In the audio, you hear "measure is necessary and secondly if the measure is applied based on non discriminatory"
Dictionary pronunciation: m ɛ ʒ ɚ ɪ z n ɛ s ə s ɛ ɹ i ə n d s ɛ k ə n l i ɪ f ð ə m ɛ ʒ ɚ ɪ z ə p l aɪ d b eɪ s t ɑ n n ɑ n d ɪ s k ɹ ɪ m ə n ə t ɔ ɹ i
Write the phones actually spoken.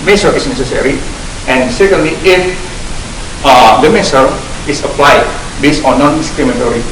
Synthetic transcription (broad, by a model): m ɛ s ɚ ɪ s n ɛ s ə s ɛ ɹ i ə n s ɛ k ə n l i ɪ f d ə m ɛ s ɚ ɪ s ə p l aɪ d b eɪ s ɑ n n ɑ n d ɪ s k ɹ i m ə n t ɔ ɹ i